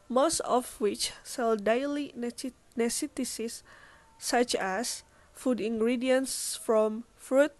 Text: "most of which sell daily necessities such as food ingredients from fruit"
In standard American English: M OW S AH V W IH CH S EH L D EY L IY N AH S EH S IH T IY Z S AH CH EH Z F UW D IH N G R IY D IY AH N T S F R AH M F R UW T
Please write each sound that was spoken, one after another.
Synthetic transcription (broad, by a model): M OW S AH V W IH CH S EH L D EY L IY N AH S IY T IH S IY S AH CH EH S F UW D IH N G R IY D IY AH N S F R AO M F R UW T